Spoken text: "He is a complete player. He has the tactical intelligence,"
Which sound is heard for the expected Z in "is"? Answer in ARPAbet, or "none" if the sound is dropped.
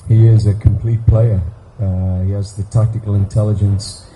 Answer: Z